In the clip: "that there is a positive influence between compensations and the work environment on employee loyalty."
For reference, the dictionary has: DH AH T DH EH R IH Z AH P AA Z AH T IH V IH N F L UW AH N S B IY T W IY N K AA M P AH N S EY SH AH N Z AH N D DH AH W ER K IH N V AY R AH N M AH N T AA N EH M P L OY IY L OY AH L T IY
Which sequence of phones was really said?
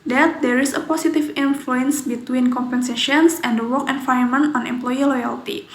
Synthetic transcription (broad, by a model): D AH T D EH R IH S AH P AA S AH T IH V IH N F L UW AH N S B IY T W IY N K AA M P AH N S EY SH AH N S AH N D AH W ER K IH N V AY AH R M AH N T AA N EH M P L OY IY L OY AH L T IY